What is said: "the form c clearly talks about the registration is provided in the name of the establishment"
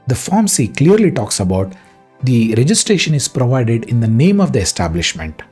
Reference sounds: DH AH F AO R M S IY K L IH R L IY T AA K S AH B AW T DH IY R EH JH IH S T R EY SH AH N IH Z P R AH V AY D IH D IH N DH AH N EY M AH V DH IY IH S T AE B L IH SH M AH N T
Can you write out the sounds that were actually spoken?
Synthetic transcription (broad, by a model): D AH F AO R M S IY K L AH R L IY T AA K S AH B AW T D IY R EH JH IH S T R EY SH AH N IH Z P R AH V AY D IH D IH N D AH N EY M AH V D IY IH S T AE B L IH SH M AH N T